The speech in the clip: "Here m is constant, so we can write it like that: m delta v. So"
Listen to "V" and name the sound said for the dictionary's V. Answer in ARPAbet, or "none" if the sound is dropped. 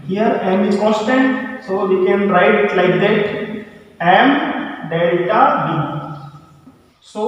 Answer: B